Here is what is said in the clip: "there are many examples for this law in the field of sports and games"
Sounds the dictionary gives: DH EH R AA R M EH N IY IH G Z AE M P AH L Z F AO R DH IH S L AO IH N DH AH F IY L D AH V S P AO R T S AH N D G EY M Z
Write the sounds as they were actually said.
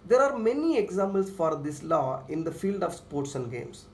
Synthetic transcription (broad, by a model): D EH R AA R M EH N IY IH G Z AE M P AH L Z F AO R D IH S L AO IH N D AH F IY L D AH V S P AO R T S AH N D G EY M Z